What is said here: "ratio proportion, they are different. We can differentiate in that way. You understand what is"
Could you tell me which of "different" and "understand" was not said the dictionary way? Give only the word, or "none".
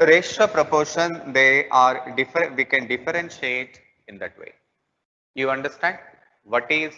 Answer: different